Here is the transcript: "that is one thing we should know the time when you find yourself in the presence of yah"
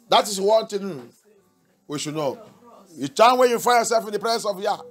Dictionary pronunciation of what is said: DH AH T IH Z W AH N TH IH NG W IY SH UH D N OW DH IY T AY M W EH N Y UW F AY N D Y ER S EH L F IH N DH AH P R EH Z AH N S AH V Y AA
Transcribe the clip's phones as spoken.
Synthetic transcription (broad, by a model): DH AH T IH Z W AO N T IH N W IY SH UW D N OW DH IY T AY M W EH N Y UW F AY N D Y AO S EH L F IH N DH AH P R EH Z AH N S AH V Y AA